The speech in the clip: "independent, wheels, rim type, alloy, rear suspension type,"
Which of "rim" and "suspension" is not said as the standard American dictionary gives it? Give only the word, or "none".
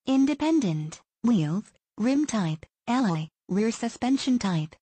none